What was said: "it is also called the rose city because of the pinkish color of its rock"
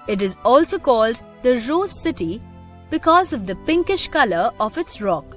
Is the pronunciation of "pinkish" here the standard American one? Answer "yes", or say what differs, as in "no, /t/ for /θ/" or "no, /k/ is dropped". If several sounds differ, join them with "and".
yes